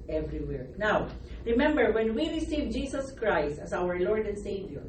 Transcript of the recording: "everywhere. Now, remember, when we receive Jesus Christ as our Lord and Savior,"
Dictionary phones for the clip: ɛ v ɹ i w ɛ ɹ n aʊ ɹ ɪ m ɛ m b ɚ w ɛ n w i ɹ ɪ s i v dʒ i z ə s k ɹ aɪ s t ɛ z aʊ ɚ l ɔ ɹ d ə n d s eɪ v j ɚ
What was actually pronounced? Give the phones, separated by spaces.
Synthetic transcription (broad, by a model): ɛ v ɹ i w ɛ ɹ n aʊ ɹ ɪ m ɛ m b ɚ w ɛ n w i ɹ ɪ s i v dʒ i s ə s k ɹ aɪ s t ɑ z aʊ ɚ l ɔ ɹ d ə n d s eɪ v j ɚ